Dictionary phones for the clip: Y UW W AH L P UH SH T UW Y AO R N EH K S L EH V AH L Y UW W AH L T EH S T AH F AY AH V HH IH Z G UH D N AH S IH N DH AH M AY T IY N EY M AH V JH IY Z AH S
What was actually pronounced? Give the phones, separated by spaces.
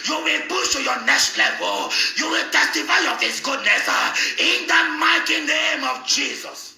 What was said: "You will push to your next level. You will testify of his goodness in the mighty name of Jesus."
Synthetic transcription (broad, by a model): Y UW W AH L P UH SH T UW Y AO N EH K S L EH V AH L Y UW W AH L T EH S T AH F AY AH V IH S G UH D N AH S IH N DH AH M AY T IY N EY M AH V JH IY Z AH S